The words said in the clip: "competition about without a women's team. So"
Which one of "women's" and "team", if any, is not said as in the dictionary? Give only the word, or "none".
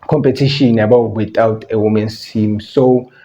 women's